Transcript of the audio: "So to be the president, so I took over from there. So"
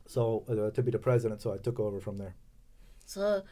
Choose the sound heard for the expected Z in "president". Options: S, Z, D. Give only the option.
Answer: Z